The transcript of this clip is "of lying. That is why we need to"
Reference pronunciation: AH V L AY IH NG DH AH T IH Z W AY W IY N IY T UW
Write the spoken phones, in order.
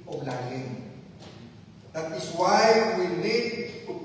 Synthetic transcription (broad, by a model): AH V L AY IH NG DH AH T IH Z W AY W IY L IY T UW